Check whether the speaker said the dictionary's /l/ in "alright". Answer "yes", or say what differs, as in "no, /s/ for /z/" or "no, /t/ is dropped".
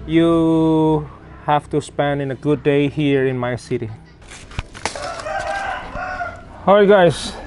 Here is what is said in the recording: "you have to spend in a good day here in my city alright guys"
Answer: no, /l/ is dropped